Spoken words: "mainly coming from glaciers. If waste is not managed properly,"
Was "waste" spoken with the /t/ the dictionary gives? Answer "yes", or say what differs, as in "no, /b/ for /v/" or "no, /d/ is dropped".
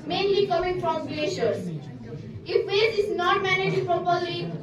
no, /t/ is dropped